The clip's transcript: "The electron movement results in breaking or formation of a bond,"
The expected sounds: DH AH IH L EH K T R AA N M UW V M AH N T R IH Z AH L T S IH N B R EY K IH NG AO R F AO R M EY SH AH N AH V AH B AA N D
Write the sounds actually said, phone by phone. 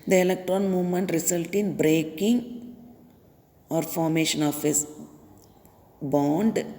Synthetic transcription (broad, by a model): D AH IH L EH K T R AA N M UW V M AH N T R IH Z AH L T IH N B R EY K IH NG AO R F AO R M EY SH AH N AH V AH B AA N D